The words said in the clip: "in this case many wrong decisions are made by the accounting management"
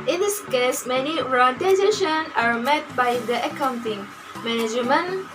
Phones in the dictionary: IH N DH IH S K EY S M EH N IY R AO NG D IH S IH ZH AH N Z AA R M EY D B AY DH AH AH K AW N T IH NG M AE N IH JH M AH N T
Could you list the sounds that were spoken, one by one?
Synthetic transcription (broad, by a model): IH N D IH S K EY S M EH N IY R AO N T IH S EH SH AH N AA R M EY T B AY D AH AH K AW N T IH NG M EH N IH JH M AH N